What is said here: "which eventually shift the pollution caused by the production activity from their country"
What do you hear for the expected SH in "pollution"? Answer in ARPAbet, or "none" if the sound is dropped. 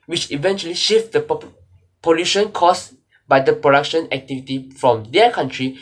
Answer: SH